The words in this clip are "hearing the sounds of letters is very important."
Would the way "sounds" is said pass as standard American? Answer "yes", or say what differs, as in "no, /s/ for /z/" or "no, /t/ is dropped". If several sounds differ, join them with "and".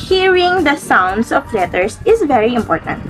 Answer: no, /s/ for /z/